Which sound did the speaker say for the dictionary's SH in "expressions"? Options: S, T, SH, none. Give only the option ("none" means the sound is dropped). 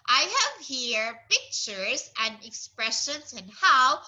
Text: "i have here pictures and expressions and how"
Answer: SH